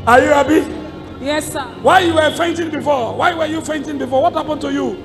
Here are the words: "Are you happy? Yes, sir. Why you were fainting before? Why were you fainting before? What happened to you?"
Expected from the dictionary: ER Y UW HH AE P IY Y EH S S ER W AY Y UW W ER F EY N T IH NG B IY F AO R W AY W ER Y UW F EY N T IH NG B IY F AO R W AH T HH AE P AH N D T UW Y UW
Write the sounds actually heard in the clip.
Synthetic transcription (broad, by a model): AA Y UW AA B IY Y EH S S W AY Y UW W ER F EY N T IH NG B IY F AO W AY W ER Y UW F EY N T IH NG B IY F AO W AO T HH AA P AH N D T UW Y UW